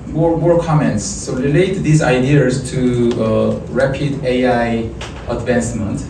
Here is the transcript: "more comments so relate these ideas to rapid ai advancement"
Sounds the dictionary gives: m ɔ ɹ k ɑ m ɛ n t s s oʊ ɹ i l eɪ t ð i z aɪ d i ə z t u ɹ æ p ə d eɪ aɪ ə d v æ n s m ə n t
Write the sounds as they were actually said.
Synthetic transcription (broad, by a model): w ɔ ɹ k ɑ m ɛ n t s s oʊ ɹ i l eɪ t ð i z aɪ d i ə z t u ɹ æ p ə d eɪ aɪ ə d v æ n s m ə n t